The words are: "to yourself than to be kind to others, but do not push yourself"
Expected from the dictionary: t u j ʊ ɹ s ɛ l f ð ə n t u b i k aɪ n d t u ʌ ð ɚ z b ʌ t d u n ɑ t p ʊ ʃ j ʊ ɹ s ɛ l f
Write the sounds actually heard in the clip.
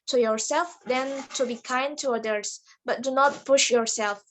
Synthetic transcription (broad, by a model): t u j ʊ ɹ s ɛ l f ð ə n t u b i k aɪ n d t u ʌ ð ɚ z b ʌ t d u n ɑ t p ʊ ʃ j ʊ ɹ s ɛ l f